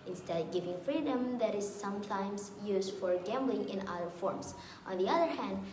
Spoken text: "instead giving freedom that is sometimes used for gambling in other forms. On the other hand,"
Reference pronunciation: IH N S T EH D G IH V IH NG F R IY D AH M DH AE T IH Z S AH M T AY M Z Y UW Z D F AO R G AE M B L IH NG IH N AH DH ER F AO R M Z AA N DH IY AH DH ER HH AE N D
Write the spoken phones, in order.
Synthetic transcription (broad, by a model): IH N S T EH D G IH V IH NG F R IY D AH M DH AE T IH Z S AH M T AY M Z Y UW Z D F AO R G AE M B L IH NG IH N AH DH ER F AO R M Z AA N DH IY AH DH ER HH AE N D